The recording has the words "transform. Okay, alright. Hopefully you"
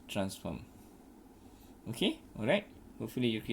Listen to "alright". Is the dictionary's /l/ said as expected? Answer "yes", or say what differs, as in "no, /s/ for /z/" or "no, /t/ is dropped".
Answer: yes